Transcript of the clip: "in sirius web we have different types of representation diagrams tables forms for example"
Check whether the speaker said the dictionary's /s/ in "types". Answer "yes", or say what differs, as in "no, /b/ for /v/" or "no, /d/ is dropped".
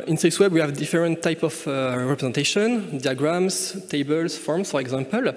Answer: no, /s/ is dropped